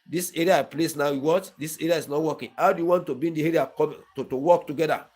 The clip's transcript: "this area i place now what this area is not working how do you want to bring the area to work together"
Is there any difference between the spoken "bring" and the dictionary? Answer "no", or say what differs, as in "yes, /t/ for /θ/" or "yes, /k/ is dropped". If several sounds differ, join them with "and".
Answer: yes, /ɹ/ is dropped